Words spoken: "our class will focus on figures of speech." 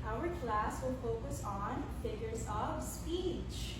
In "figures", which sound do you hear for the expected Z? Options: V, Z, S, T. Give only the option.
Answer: Z